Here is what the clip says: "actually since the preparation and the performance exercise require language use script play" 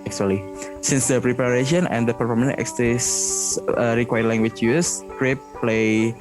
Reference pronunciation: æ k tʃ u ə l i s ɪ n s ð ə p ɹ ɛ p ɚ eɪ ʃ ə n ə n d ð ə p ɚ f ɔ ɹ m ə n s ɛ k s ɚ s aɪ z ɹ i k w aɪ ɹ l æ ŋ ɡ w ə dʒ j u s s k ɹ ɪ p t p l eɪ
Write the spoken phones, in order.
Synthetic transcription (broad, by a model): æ k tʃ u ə l i s ɪ n s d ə p ɹ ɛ p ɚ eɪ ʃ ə n ə n d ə p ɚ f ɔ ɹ m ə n ɛ k s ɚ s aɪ ɹ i k w aɪ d l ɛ ŋ ɡ w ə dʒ j u s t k ɹ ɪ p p l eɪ